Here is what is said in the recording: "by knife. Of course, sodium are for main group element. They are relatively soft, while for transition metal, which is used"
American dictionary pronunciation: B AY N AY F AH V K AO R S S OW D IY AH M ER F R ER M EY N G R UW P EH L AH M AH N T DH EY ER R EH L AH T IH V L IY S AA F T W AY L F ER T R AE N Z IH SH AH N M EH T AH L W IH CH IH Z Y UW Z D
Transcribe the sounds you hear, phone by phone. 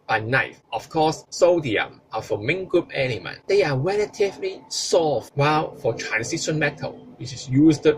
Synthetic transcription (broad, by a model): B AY N AY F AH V K AO S S OW D IY AH M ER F R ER M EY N G R UW P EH N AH M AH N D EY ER R EH L AH T IH V L IY S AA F W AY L F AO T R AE N S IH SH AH N M EH T AH L W IH CH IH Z Y UW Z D